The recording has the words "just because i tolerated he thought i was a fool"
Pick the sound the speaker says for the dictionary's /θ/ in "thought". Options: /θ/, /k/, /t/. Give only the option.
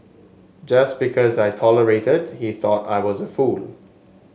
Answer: /θ/